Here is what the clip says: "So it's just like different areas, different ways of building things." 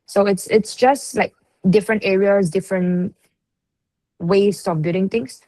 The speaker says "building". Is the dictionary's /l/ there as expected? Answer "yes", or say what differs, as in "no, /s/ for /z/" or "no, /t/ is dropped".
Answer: no, /l/ is dropped